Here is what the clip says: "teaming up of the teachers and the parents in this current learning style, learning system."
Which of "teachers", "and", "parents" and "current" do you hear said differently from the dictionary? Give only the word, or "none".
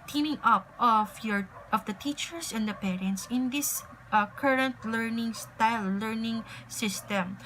teachers